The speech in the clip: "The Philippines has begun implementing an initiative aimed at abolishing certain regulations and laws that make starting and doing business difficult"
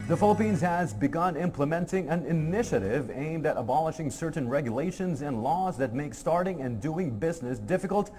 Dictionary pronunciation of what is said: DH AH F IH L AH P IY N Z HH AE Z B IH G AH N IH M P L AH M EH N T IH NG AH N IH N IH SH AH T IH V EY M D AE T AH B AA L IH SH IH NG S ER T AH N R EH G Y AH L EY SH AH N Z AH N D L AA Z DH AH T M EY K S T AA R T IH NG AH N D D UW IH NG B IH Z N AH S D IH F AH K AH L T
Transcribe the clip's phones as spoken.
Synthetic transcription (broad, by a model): DH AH F IH L AH P IY N Z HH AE Z B IH G AH N IH M P L AH M EH N T IH NG AH N IH N IH SH AH T IH V EY M D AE T AH B AA L IH SH IH NG S ER T N R EH G Y AH L EY SH AH N Z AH N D L AA Z DH AH T M EY K S T AA R T IH NG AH N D D UW IH NG B IH Z N AH S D IH F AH K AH L T